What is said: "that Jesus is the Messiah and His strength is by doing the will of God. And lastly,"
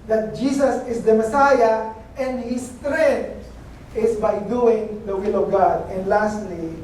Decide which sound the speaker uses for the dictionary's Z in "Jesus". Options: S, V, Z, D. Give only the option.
S